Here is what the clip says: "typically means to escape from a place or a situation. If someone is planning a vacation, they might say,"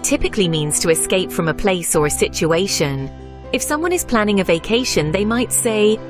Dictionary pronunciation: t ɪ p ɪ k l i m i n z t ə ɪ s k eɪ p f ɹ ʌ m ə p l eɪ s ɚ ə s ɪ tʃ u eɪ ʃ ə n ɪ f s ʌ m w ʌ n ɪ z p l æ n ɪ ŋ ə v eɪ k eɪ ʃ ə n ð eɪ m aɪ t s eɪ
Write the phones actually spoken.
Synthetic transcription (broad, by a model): t ɪ p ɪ k l i m i n z t ə ɪ s k eɪ p f ɹ ʌ m ə p l eɪ s ɚ ə s ɪ tʃ u eɪ ʃ ə n ɪ f s ʌ m w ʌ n ɪ z p l æ n ɪ ŋ ə v eɪ k eɪ ʃ ə n ð eɪ m aɪ t s eɪ